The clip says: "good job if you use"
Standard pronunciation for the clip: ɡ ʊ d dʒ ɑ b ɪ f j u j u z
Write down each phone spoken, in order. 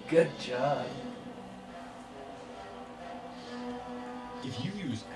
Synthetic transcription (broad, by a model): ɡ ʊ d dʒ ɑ ɪ f j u j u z